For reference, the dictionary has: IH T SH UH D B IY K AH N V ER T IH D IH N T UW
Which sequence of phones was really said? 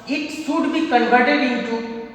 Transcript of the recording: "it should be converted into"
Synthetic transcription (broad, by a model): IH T S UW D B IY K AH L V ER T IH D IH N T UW